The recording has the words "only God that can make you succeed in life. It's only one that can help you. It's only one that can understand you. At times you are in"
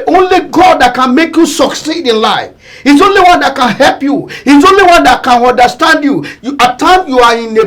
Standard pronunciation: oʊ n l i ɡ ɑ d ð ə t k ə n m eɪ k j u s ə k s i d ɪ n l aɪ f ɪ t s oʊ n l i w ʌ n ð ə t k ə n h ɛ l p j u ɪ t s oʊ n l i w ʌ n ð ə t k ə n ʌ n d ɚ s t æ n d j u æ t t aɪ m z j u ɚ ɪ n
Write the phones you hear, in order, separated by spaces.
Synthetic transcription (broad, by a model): oʊ n l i ɡ ɑ d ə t k ə n m eɪ k j u s ə k s i d ɪ n l aɪ f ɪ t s oʊ n l i w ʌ n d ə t k ə n h ɛ l p j u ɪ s oʊ n l i w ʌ n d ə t k ə n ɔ n d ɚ s t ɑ n d j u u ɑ t aɪ m j u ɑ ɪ n